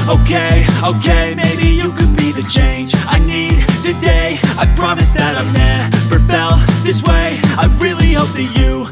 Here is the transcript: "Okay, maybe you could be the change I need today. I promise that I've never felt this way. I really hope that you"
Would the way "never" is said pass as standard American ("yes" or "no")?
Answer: no